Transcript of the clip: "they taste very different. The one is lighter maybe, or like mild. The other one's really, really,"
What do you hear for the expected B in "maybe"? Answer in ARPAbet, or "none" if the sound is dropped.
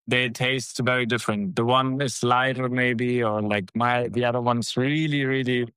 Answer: B